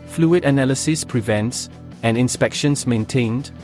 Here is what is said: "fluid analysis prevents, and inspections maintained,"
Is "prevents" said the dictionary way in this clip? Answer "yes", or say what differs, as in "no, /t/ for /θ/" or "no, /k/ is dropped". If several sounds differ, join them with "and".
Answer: yes